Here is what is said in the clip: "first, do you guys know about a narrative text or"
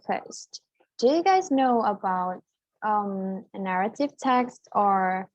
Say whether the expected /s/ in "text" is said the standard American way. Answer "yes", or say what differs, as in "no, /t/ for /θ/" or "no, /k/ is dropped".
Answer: yes